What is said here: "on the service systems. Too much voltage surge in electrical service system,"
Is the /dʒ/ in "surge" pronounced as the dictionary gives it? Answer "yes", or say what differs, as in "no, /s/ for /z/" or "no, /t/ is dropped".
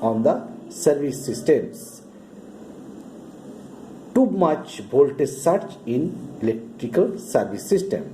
no, /tʃ/ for /dʒ/